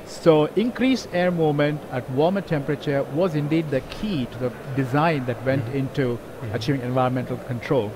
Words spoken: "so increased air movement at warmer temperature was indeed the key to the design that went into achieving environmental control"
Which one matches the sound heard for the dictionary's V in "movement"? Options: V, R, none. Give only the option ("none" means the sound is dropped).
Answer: none